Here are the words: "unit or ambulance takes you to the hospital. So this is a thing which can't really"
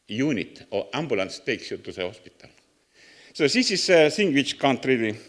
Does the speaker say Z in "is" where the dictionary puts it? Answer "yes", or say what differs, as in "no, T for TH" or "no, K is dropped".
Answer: no, S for Z